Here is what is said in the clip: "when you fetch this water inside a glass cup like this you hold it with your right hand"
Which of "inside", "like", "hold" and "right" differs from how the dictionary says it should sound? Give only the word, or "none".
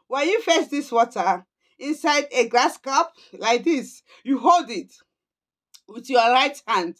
none